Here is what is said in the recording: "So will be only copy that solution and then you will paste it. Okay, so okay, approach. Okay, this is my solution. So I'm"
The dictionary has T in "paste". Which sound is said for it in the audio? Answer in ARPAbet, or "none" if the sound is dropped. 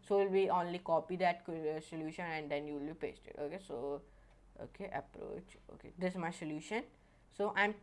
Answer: T